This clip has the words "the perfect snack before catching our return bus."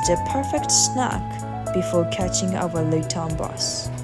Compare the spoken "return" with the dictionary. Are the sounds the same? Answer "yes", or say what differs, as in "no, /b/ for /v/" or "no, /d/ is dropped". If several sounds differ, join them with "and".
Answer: no, /l/ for /ɹ/